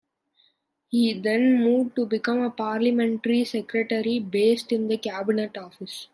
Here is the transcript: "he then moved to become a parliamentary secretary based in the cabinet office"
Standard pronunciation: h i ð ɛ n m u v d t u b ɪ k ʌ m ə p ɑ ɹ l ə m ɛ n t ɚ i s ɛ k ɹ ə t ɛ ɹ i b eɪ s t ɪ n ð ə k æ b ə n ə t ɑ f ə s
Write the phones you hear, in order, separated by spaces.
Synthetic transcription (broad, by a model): h i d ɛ n m u d t u b ɪ k ʌ m ə p ɑ ɹ l ə m ɛ n t ɚ i s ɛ k ɹ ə t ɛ ɹ i b eɪ s t ɪ n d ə k æ b ə n ə t ɑ f ə s